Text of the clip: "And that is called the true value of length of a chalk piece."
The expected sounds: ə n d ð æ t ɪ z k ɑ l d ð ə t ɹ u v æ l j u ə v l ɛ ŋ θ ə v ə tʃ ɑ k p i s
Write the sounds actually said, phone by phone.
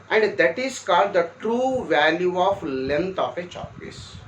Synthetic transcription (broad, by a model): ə n d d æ t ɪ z k ɑ l d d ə t ɹ u v æ l j u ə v l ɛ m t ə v ə tʃ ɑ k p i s